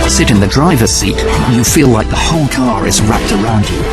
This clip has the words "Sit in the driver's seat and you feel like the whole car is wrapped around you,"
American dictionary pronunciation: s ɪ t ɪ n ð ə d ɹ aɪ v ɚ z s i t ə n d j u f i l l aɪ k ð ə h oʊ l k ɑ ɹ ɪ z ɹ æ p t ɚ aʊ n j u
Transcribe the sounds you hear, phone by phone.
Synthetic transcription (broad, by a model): s ɪ t ɪ n ð ə d ɹ aɪ v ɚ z s i t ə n j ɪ f i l l aɪ k ð ə h oʊ l k ɑ ɹ ɪ z ɹ æ p t ɚ aʊ n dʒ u